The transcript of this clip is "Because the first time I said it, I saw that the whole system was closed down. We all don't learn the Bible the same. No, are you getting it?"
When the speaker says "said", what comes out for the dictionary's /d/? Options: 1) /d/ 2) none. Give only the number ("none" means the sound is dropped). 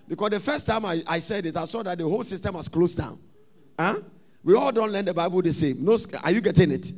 1